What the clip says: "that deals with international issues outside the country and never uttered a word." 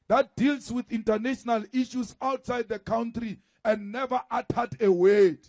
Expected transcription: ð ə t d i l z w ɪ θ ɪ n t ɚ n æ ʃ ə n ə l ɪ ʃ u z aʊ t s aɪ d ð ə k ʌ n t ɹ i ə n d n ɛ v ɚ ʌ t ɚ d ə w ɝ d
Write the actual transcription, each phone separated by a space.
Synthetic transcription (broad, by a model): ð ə t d i l s w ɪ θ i n t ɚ n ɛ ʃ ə n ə l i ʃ u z aʊ t s aɪ d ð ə k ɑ n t ɹ i ə n d n ɛ v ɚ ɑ t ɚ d ə w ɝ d